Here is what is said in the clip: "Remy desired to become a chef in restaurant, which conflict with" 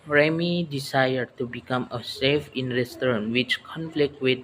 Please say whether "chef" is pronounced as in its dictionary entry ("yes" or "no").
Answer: no